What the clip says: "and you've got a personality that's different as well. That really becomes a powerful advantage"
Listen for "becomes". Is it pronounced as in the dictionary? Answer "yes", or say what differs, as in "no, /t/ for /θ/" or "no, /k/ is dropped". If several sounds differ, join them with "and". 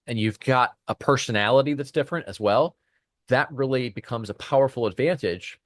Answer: yes